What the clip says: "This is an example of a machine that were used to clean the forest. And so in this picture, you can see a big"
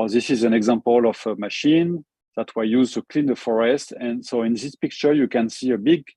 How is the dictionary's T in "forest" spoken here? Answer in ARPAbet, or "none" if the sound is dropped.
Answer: T